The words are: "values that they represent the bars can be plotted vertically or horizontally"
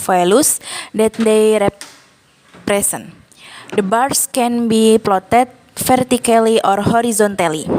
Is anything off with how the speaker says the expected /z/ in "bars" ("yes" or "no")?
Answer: yes